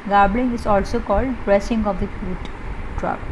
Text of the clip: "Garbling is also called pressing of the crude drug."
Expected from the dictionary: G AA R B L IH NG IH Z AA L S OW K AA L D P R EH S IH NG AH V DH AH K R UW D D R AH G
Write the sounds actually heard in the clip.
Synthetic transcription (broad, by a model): G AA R B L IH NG IH Z AA L S OW K AA L D B R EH S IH NG AH V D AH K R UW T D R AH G